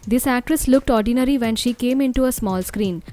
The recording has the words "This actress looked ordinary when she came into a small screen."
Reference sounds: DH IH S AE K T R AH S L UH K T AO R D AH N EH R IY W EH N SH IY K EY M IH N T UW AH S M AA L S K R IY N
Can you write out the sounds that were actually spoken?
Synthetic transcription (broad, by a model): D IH S AE K T R AH S L UH K T AO R D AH N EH R IY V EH N SH IY K EY M IH N T UW AH S M AA L S K R IY N